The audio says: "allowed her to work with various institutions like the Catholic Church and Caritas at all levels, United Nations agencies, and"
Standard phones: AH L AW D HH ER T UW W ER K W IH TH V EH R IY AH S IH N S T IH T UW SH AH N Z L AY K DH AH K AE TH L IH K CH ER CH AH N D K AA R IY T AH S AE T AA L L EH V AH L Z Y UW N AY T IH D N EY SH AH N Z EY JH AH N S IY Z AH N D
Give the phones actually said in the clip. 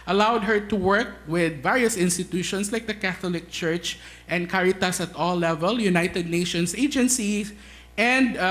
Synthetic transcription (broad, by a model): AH L AW D HH ER T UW W ER K W IH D V EH R IY AH S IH N S T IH T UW SH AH N S L AY K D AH K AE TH L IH K CH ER CH AH N D K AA R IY T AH S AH T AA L L EH V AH L Y UW N AY T IH D N EY SH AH N S EY JH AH N S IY S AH N D